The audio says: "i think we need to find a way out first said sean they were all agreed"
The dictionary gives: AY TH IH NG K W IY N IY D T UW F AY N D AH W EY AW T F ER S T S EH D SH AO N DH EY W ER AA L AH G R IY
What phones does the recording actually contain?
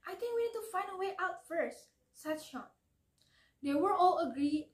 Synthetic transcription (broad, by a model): AY T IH NG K W IY N IY D T UW F AY N D AH W EY AW T F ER S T S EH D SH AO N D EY W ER AA L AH G R IY